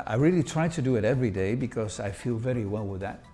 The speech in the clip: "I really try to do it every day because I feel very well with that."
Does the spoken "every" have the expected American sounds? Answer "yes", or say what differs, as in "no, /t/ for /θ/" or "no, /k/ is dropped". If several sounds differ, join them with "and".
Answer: yes